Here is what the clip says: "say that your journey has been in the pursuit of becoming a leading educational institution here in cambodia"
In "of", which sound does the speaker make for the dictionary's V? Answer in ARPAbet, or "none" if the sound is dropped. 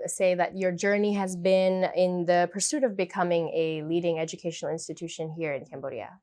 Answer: V